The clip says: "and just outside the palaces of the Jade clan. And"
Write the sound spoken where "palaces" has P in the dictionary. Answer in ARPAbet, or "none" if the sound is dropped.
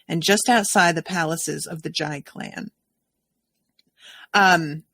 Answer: P